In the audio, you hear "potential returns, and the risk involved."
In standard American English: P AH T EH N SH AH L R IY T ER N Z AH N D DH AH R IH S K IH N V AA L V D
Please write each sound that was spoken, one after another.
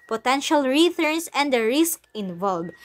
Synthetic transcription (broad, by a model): P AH T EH N SH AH L R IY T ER N S AH N D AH R IH S K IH N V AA L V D